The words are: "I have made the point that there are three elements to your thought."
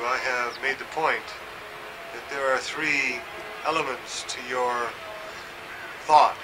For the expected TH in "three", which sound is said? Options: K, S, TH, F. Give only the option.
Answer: TH